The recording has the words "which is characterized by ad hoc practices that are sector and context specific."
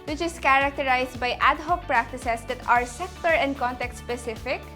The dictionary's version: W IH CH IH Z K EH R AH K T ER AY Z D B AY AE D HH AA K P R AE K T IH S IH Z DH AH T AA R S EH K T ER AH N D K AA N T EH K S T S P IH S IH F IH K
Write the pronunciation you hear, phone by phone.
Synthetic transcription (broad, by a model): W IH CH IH S K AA R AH K T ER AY S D B AY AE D HH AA P R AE K T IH S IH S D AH T AA R S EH K T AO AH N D K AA N T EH K T S P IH S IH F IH K